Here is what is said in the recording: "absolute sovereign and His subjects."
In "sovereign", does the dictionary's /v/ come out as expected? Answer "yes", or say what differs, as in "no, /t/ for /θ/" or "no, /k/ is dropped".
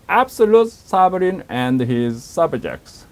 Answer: no, /b/ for /v/